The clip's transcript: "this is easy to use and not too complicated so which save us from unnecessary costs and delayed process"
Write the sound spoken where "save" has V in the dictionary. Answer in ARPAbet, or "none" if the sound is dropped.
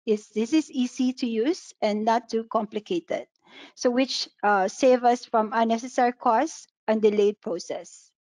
V